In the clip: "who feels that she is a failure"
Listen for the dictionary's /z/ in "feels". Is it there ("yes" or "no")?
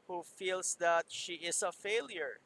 no